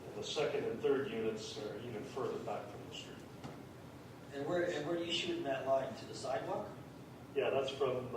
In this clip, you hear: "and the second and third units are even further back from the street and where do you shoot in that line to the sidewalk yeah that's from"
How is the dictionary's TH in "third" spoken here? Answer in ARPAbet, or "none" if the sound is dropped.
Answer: TH